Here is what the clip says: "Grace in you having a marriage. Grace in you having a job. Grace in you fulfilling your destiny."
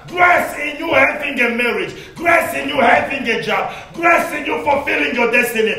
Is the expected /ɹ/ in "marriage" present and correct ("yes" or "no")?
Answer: yes